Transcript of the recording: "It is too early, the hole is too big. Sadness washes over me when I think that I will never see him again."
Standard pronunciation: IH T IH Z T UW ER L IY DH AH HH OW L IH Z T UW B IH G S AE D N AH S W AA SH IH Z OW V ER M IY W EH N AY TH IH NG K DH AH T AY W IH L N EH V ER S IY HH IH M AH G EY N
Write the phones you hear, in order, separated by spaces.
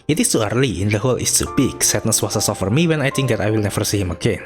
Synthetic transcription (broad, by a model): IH T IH S T UW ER L IY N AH HH OW L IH S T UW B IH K S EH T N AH S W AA S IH S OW F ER M IY W EH N AY T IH NG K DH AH T AY W IH L N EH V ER S IY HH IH M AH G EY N